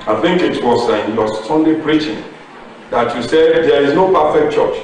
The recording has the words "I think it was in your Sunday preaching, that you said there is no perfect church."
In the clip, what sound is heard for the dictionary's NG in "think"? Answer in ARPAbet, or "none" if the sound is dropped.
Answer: NG